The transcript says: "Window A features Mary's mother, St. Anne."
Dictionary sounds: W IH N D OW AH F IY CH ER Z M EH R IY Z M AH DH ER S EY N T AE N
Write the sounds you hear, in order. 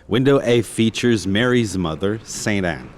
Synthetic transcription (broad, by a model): W IH N D OW AH F IY CH ER Z M EH R IY Z M AH DH ER S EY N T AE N